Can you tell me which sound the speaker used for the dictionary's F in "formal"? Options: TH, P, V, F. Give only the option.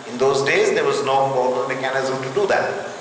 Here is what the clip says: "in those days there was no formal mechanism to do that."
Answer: P